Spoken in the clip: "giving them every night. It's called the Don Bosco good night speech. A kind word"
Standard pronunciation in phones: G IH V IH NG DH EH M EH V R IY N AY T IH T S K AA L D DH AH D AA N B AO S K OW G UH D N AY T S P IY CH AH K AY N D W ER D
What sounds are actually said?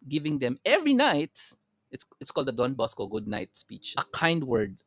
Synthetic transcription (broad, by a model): G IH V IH NG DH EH M EH V R IY N AY T IH T S K AA L D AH D AA N B AO S K OW G UH D N AY T S P IY CH AH K AY N D W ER D